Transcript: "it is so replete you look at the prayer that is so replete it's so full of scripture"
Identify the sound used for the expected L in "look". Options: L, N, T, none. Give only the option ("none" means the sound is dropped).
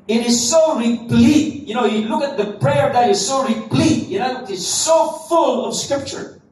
N